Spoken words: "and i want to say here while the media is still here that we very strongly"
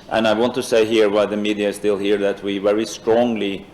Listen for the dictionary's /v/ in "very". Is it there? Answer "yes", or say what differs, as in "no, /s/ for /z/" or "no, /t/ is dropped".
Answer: yes